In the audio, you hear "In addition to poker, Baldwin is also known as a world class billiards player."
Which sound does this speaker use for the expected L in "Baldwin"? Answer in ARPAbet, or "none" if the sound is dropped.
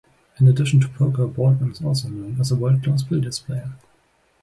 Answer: none